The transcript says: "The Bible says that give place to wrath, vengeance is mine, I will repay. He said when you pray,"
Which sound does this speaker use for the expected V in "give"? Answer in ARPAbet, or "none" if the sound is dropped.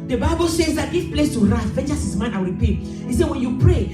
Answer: F